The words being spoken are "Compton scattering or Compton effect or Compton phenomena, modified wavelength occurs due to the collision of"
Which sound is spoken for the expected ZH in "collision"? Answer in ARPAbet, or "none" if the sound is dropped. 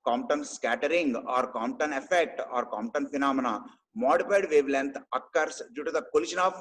SH